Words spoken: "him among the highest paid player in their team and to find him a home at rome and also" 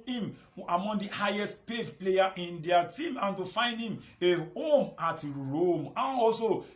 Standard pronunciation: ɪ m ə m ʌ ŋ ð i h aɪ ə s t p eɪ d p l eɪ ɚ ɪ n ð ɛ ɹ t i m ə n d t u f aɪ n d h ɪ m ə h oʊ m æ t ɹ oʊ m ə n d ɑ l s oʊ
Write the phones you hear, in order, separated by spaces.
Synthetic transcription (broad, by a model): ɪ m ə m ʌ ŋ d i h aɪ ə s t p eɪ d p l eɪ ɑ ɪ n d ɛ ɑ t i m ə n t u f aɪ n d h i m ə h oʊ m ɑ t ɹ oʊ m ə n ɑ l s oʊ